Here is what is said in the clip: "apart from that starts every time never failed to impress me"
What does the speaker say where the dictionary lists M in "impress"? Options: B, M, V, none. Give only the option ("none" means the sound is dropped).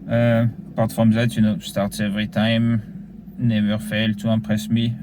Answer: none